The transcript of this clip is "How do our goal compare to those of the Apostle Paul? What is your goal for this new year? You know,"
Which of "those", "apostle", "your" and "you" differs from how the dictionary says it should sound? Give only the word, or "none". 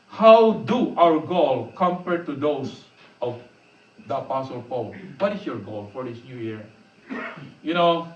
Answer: those